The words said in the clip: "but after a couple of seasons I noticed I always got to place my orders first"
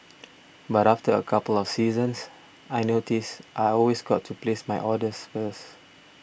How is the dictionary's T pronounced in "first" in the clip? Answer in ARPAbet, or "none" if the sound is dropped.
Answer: none